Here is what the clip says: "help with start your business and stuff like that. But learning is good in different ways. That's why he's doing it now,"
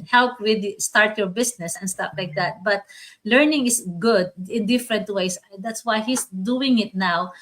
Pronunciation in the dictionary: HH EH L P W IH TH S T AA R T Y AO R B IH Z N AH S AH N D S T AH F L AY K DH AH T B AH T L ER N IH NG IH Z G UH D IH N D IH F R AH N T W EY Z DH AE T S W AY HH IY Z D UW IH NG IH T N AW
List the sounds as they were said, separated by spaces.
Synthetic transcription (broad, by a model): HH EH L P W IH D S T AA R T Y AO R B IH S N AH S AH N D S T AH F L AY K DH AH T B AH T L ER N IH NG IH S G UH D IH N D IH F R AH N T W EY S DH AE T S W AY HH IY S D UW IH NG IH T N AW